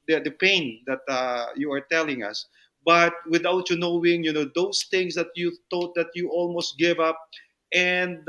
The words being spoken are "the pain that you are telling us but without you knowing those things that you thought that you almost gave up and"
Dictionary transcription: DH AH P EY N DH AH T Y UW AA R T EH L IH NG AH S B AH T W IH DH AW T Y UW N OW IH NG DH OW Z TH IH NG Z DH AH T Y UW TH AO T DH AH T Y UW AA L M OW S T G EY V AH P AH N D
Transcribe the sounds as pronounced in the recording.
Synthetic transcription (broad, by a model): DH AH P EY N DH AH T Y UW AA R T EH L IH NG AH S B AH T W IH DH AW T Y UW N OW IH NG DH OW S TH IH NG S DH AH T Y UW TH AO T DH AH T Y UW AA L M OW S T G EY V AH P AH N D